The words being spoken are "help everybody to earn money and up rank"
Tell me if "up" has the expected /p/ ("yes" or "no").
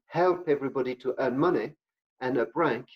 no